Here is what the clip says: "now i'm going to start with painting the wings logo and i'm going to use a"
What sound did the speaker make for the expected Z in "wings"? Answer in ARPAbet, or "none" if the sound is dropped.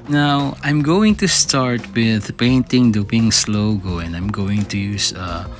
S